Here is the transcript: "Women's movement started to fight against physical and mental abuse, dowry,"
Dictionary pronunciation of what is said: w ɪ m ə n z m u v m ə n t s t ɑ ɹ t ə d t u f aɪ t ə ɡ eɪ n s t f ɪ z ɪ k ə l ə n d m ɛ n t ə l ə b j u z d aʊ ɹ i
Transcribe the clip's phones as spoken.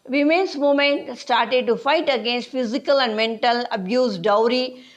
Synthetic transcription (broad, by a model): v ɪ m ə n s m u m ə n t s t ɑ ɹ t ə d t u f aɪ t ə ɡ eɪ n s t f ɪ z ɪ k ə l ə n d m ɛ n t ə l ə b j u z d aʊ ɹ i